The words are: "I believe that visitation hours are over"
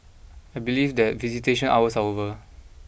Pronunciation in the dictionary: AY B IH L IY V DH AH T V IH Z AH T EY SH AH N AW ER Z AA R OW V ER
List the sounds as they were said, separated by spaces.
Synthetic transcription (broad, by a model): AY B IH L IY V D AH T V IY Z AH T EY SH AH N AW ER S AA W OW V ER